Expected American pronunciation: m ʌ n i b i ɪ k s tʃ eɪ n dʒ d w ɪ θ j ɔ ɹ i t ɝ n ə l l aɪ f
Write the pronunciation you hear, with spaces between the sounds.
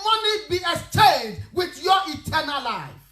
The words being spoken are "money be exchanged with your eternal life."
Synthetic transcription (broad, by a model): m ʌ n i b i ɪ s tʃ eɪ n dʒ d w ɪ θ j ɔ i t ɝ n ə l l aɪ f